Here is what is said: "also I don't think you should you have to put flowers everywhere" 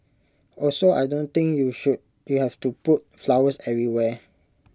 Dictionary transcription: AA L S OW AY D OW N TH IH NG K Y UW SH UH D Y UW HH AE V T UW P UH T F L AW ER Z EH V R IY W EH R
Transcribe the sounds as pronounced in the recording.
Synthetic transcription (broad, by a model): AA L S OW AY D OW N T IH NG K Y UW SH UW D Y UW HH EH F T UW P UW T F L AW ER S EH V R IY W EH